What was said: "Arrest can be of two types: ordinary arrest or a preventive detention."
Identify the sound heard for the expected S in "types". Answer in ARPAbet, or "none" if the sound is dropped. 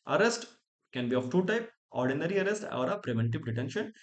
none